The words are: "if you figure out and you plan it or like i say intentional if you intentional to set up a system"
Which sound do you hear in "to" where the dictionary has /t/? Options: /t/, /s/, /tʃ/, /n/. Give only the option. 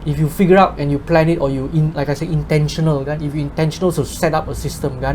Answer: /s/